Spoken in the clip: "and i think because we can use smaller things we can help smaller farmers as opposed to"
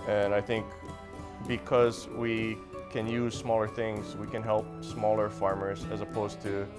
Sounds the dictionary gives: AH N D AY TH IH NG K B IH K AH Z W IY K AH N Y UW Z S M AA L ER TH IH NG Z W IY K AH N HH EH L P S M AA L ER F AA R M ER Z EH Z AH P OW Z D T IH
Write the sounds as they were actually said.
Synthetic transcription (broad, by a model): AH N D AY TH IH NG K B IH K AH Z W IY K AH N Y UW Z S M AA L ER TH IH NG Z W IY K AH N HH EH L P S M AA L ER F AA R M ER Z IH Z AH P OW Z T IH